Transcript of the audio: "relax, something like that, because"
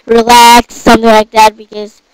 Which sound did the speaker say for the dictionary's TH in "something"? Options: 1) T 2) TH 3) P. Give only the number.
2